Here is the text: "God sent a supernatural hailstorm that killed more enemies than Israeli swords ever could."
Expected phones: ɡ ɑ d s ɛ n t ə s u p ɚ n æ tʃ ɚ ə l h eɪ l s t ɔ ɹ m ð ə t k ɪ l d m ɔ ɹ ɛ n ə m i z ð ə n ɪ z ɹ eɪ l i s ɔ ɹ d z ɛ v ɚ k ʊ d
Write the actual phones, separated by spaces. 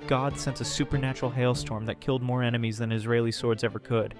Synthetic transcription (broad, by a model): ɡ ɑ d s ɛ n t ə s u p ɚ n æ tʃ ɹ l h eɪ l s t ɔ ɹ m ð ə t k ɪ l d m ɔ ɹ ɛ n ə m i z ð ə n ɪ z ɹ eɪ l i s ɔ ɹ d z ɛ v ɚ k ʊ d